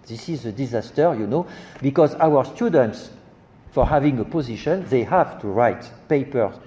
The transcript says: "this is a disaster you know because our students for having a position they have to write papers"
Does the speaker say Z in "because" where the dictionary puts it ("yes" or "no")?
yes